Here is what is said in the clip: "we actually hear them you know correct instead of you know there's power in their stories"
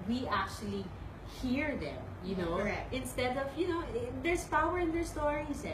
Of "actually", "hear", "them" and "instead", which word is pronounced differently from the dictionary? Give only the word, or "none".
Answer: none